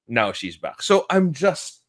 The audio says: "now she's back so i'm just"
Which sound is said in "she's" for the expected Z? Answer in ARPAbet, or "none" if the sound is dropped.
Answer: Z